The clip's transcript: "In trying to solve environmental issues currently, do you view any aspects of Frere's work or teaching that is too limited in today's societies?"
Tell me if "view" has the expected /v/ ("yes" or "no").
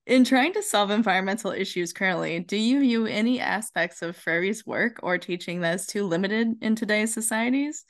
yes